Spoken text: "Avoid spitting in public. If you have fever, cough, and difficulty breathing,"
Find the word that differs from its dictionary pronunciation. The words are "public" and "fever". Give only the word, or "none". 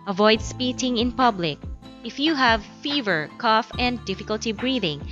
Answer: none